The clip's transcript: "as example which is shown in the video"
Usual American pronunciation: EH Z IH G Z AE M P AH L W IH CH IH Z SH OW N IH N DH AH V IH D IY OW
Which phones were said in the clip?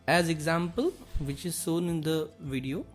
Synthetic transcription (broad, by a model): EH Z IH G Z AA M P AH L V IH CH IH Z S OW N IH N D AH V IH D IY OW